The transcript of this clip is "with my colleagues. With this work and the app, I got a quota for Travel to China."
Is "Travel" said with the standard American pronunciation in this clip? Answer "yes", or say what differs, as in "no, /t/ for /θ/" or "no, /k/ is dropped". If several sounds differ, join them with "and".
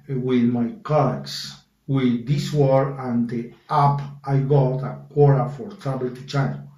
no, /b/ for /v/